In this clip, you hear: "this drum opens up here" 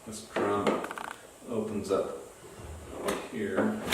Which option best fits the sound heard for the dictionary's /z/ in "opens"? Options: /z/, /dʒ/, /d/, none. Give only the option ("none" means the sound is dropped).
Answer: /z/